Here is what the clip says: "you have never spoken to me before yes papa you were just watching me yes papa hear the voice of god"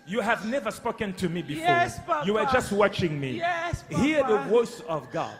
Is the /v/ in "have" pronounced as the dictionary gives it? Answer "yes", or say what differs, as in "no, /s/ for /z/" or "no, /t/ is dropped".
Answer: yes